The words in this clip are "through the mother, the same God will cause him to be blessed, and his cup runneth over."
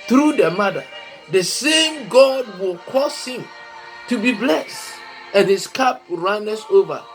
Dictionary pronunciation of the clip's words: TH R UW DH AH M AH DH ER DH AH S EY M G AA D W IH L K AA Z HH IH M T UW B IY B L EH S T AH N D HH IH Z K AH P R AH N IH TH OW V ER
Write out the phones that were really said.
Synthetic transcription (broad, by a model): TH R UW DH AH M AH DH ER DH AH S EY M G AA D W IH L K AA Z HH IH M T UW B IY B L EH S T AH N HH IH S K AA P R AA N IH S OW V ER